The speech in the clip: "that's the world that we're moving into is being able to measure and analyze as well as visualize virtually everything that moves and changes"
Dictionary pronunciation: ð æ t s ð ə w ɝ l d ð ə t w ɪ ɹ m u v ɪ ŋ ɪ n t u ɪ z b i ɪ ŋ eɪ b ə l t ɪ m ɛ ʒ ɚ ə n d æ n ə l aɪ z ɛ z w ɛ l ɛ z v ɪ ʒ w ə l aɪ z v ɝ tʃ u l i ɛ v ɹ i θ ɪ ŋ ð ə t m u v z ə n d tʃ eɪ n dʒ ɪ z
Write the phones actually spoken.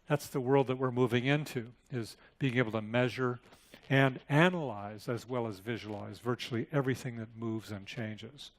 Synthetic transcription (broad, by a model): ð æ t s ð ə w ɝ l d ð ə t w ɪ ɹ m u v ɪ ŋ ɪ n t u ɪ z b i ɪ ŋ eɪ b l t ɪ m ɛ ʒ ɚ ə n æ n ə l aɪ z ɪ z w ɛ l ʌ z v ɪ ʒ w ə l aɪ z v ɝ tʃ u l i ɛ v ɹ i θ ɪ ŋ ð ə t m u v z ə n tʃ eɪ n dʒ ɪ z